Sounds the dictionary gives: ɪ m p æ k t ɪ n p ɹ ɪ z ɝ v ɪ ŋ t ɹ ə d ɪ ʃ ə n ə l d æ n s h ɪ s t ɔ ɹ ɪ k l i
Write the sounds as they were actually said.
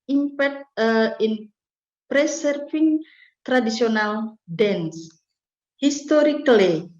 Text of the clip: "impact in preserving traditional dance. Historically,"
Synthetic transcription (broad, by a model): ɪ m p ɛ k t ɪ n p ɹ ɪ s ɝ f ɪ ŋ t ɹ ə d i s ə n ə l d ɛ n s h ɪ s t ɔ ɹ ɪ k l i